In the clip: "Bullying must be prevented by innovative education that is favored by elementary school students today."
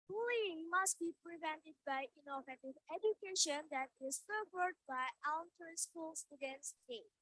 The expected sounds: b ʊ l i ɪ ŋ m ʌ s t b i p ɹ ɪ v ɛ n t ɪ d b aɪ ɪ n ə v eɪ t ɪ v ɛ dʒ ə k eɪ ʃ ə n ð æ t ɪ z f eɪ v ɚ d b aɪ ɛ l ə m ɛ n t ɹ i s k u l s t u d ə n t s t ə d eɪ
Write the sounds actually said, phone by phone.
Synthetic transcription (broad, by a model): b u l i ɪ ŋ m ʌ s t b i p ɹ ɪ v ɛ n t ɪ d b aɪ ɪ n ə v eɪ t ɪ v ɛ dʒ ə k eɪ ʃ ə n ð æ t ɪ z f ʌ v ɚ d b aɪ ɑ ə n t i s k u l s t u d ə n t s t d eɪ